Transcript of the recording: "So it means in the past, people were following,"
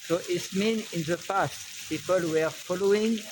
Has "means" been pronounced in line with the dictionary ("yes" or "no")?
no